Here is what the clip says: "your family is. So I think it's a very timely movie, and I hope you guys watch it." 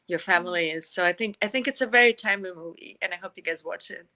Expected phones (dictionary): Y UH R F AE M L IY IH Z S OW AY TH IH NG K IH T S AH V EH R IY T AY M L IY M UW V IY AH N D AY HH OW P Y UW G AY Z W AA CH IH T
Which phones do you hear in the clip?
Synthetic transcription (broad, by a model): Y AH R F AE M L IY IH Z S OW AY TH IH NG K IH T S AH V EH R IY T AY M IY M UW V IY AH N AY HH OW P Y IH G AY Z W AA CH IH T